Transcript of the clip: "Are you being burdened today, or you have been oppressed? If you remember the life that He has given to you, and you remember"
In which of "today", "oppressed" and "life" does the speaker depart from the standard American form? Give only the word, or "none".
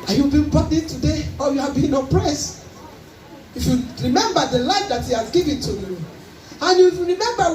oppressed